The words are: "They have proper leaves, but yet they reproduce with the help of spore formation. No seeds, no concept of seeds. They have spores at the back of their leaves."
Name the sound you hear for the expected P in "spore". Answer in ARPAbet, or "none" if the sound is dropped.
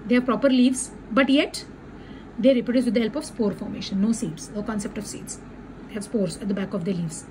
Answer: P